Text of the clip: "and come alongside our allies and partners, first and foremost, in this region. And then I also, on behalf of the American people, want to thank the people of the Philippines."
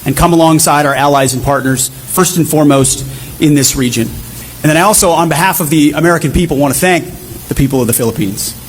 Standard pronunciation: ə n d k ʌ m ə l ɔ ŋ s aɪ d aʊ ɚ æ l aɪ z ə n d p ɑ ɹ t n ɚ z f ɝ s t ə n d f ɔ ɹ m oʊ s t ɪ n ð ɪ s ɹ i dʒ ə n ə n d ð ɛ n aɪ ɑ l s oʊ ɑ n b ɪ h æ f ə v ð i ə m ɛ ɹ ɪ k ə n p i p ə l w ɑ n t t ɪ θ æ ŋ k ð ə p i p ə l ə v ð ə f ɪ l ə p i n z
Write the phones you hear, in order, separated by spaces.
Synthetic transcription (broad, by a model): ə n k ʌ m ə l ɔ ŋ s aɪ d aʊ ɚ æ l aɪ z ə n p ɑ ɹ t n ɚ z f ɝ s t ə n f ɔ ɹ m oʊ s t ɪ n ð ɪ s ɹ i dʒ ə n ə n ð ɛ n aɪ ɑ l s oʊ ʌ n b ɪ h æ f ə v ð i ə m ɛ ɹ ɪ k ə n p i p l w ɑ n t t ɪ θ æ ŋ k ð ə p i p l ə v ð ə f ɪ l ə p i n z